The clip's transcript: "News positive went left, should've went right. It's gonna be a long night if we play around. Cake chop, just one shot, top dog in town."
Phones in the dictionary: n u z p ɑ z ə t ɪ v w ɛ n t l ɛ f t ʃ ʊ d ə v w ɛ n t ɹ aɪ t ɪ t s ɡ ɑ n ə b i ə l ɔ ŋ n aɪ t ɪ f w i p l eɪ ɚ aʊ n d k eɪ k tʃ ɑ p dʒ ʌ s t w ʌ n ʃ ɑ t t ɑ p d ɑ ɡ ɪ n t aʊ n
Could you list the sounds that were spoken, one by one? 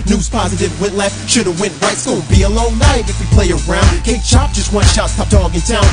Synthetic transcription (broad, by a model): n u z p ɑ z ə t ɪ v w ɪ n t l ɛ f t ʃ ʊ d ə w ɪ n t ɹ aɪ ɪ t s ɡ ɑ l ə b i ə l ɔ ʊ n aɪ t ɪ f w i p l eɪ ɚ aʊ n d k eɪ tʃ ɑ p dʒ ʌ s t w ʌ n ʃ ɑ t s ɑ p d ɑ ɡ ɪ n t aʊ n